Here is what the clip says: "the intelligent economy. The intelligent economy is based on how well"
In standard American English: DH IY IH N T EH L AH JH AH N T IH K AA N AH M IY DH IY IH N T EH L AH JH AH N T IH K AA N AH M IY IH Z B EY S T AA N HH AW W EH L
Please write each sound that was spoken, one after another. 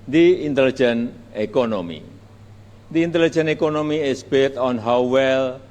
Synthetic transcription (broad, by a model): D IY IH N T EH L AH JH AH N IH K AA N AH M IY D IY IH N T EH L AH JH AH N IH K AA N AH M IY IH S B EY T AA N HH AW W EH L